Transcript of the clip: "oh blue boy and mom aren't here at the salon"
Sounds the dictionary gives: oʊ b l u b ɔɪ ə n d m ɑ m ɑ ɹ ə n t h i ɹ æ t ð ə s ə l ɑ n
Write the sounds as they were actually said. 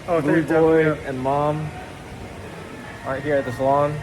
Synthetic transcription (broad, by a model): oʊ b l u b ɔɪ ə n m ɑ m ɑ ə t h i ɹ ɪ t ð ə s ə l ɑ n